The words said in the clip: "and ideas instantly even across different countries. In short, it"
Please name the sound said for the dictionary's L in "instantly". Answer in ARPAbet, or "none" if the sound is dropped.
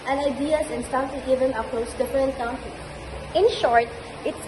none